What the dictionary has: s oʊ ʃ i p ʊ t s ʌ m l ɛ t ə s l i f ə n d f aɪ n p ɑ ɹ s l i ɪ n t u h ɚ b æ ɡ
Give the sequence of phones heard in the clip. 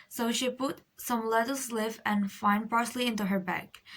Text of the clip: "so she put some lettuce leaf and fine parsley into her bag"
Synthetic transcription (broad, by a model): s oʊ ʃ i p ʊ t s ʌ m l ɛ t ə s l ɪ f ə n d f aɪ n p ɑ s l i ɪ n t u h ɚ b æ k